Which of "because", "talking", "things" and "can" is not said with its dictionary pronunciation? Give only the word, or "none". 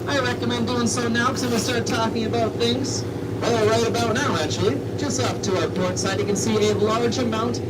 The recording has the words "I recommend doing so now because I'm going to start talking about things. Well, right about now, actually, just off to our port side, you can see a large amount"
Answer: because